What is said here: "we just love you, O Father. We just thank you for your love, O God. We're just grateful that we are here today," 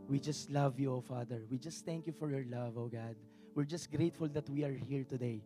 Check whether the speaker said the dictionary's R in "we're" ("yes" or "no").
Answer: yes